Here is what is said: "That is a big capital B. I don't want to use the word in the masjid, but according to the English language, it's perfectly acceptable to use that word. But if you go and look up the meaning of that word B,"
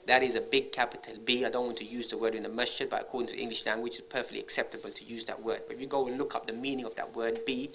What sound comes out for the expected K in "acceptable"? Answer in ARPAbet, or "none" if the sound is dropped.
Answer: K